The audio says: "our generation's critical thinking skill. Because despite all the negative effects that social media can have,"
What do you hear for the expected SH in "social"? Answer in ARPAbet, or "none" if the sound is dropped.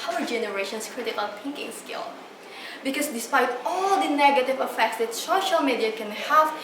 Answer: SH